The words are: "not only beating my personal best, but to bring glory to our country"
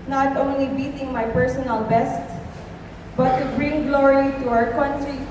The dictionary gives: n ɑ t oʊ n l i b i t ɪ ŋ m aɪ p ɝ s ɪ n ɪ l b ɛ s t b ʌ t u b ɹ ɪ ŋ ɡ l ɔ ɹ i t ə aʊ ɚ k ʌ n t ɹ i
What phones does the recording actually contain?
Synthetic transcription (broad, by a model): n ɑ t oʊ n l i b i t ɪ ŋ m aɪ p ɝ s ɪ n ɪ l b ɛ s t b ʌ t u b ɹ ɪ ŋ ɡ l ɔ ɹ i t ə aʊ ɚ k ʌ n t ɹ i